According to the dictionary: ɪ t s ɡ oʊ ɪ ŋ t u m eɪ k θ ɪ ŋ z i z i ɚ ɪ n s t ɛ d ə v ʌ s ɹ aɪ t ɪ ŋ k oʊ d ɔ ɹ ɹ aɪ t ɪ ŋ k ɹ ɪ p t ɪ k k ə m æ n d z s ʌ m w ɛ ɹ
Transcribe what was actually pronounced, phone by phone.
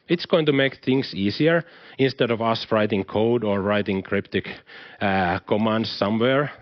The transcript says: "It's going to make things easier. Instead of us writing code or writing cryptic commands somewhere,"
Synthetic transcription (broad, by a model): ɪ t s ɡ oʊ ɪ ŋ t u m eɪ k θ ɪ ŋ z i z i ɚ ɪ n s t ɛ d ə v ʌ s ɹ aɪ t ɪ ŋ k oʊ d ɔ ɹ ɹ aɪ t ɪ ŋ k ɹ ɪ p t ɪ k k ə m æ n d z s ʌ m w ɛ ɹ